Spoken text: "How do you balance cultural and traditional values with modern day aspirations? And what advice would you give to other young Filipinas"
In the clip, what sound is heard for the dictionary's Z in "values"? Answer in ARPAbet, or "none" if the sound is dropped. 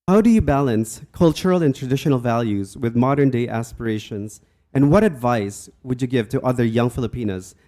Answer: Z